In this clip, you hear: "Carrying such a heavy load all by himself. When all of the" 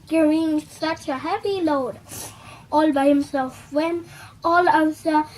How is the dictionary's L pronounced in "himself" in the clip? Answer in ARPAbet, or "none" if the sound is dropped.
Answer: L